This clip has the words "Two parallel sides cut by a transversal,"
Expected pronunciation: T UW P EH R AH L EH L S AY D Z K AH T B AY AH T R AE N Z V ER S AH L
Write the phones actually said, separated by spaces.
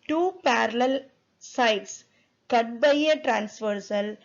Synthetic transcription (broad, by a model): T UW P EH R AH L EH L S AY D S K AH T B AY AH T R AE N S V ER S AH L